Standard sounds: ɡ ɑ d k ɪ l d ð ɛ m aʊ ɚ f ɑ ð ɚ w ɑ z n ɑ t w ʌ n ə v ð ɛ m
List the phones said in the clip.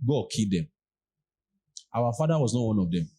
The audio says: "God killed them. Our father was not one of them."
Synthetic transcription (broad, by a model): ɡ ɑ k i d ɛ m aʊ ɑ f ɑ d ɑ w ɑ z n ɑ t w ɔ n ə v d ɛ m